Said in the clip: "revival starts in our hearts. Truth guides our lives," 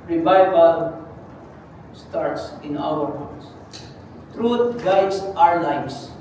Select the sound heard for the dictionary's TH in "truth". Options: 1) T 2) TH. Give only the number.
1